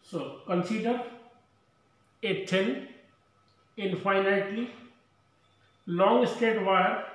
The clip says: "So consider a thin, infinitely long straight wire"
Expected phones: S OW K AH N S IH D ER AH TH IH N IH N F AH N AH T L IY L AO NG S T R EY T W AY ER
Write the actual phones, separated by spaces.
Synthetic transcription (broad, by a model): S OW K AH N S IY D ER AH T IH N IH N F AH N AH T L IY L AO NG S T EY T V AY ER